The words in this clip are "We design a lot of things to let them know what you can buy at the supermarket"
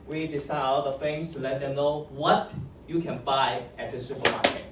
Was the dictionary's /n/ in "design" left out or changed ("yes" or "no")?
yes